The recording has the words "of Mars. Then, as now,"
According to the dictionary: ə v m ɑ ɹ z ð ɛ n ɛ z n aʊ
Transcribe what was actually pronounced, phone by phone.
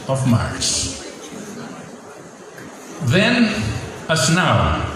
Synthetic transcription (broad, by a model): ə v m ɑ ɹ s ð ɛ n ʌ s n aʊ